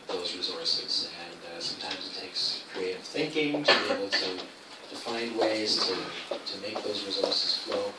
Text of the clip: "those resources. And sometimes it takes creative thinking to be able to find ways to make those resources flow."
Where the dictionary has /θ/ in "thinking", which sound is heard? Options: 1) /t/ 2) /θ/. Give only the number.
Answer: 2